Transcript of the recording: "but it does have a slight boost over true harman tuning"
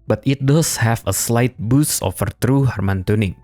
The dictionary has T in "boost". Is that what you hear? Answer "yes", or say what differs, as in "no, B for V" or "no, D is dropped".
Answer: no, T is dropped